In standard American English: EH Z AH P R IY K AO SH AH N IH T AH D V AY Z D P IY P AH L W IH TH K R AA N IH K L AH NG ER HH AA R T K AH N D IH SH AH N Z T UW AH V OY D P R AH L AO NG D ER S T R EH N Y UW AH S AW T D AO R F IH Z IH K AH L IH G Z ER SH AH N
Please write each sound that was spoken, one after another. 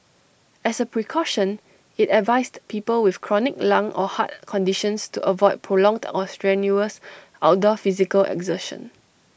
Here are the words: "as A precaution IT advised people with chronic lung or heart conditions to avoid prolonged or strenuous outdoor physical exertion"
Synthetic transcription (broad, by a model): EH S AH P R IY K AO SH AH N IH T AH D V AY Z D P IY P AH L W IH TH K R AA N IH K L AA NG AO HH AA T K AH N D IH SH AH N S T UW AH V OY D P R AH L AO NG D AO S T R EH N Y UW AH S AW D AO F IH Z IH K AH L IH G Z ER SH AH N